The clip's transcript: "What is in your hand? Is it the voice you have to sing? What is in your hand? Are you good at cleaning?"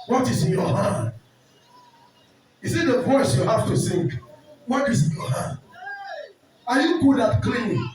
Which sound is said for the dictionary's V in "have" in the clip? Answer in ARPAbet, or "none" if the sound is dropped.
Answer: F